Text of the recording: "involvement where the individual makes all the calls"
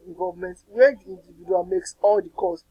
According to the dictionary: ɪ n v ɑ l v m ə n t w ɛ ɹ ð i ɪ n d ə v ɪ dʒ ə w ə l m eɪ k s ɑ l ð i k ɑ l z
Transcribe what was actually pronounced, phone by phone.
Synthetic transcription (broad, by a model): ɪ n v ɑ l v m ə n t w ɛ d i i n d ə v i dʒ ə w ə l m eɪ k s ɑ l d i k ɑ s